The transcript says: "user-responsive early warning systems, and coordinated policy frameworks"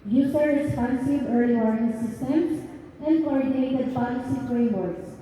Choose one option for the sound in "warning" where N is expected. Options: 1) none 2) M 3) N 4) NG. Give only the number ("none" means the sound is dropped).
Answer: 1